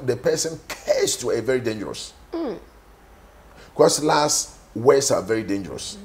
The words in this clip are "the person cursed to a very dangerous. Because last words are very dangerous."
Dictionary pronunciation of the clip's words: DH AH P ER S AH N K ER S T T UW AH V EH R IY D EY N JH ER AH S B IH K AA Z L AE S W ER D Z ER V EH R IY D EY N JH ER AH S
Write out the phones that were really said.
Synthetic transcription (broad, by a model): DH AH P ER S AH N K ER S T T UW AH V EH R IY D EY N JH ER AH S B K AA S L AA S W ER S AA V EH R IY D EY N JH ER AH S